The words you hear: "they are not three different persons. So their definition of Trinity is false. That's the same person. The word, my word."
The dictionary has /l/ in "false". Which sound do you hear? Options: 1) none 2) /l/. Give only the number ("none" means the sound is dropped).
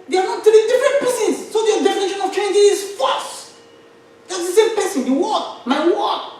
1